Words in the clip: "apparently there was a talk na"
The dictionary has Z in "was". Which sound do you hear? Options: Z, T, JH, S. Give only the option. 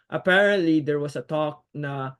S